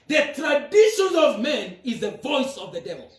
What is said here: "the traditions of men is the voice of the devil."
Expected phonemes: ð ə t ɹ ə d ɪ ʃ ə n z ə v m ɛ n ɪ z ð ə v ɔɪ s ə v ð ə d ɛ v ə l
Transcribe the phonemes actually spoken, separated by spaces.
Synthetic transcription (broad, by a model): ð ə t ɹ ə d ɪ ʃ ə n ə v m ɛ n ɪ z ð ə v ɔɪ s ə v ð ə d ɛ v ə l